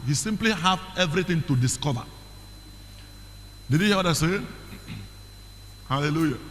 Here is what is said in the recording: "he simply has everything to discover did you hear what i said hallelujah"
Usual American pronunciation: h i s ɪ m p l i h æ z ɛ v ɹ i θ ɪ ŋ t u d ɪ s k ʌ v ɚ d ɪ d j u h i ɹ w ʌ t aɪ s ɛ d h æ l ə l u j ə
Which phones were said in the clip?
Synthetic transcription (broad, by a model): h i s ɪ m p l i h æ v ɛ v ɹ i t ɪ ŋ t u d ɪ s k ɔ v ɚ d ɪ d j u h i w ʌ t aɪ s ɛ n h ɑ l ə l u j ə